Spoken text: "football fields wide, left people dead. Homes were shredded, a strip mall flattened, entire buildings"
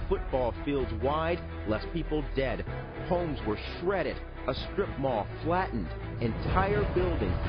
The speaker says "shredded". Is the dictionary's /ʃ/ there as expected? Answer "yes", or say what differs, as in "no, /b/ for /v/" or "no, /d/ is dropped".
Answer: yes